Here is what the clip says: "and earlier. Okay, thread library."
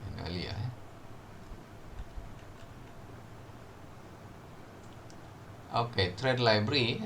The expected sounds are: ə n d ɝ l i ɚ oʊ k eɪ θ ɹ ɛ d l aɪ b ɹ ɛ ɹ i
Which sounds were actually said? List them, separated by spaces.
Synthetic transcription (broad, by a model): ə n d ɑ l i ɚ oʊ k eɪ t ɹ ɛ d l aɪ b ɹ ɹ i